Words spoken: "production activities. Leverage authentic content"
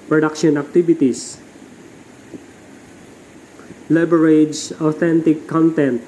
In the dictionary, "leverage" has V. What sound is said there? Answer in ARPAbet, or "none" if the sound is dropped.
B